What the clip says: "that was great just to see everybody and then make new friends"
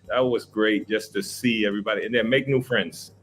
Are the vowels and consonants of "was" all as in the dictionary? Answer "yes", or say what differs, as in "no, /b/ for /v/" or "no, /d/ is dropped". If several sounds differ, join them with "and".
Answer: yes